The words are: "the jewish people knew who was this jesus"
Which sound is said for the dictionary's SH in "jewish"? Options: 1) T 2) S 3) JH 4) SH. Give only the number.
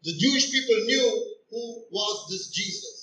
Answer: 4